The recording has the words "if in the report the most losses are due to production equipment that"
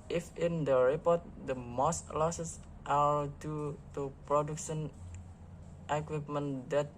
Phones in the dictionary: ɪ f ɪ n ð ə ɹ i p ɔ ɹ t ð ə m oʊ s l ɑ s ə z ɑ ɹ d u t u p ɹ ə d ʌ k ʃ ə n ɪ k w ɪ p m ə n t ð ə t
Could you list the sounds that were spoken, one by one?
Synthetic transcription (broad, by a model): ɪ f ɪ n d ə ɹ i p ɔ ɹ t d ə m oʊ s l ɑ s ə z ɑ l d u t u p ɹ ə d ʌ k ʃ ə n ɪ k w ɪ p m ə n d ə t